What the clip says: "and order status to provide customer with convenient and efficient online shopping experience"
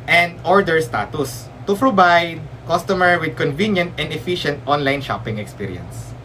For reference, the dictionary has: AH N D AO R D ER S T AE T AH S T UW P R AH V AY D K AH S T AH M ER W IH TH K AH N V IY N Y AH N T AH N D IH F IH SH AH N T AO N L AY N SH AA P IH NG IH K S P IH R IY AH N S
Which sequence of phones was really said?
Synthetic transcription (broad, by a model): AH N D AO R D ER S T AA T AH S T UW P R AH B AY D K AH S T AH M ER W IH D K AH N V IY N Y AH N T AH N D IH F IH SH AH N T AO N L AY N SH AA P IH NG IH K S P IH R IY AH N S